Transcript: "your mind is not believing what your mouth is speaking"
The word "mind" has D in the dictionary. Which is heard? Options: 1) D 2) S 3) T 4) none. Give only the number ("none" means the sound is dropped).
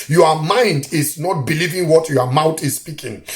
1